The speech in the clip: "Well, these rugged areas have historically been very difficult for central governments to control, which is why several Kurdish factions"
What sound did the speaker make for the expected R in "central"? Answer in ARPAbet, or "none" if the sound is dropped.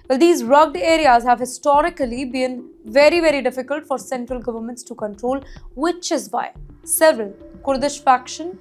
R